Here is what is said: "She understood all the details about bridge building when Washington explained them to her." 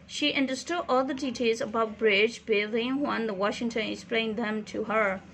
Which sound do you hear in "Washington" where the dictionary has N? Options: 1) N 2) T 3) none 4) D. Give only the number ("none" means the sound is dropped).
1